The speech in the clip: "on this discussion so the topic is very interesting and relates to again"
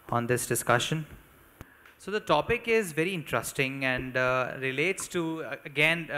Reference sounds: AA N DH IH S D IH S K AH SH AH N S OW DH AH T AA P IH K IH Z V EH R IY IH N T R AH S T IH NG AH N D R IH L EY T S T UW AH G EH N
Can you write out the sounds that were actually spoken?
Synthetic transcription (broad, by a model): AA N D IH S D IH S K AH SH AH N S OW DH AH T AA P IH K IH Z V EH R IY IH N T R AH S T IH NG AH N D R IH L EY T S T UW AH G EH N